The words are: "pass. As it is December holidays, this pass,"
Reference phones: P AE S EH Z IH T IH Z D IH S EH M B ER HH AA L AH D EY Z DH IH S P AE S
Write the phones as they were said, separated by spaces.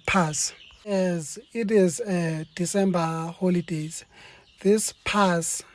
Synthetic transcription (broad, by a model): P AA S EH Z IH T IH Z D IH S EH M B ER HH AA L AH D EY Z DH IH S P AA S